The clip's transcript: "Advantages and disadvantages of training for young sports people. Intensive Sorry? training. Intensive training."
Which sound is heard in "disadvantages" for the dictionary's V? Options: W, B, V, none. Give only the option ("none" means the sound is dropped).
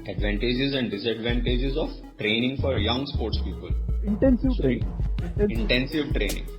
V